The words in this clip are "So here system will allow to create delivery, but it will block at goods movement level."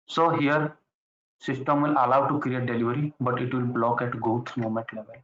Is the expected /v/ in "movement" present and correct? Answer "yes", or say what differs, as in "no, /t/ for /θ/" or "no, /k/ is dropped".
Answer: no, /v/ is dropped